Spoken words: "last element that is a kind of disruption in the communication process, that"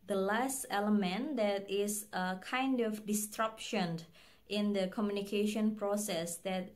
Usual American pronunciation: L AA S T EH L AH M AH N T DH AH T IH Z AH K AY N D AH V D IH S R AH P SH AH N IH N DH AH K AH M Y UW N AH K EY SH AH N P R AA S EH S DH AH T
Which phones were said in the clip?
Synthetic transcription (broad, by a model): L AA S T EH L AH M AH N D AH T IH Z AH K AY N D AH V D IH S R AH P SH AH N IH N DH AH K AH M Y UW N AH K EY SH AH N P R AA S EH S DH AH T